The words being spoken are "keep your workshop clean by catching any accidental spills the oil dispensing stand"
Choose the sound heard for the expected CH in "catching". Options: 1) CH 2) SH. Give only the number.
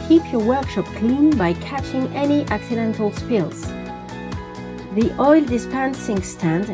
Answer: 1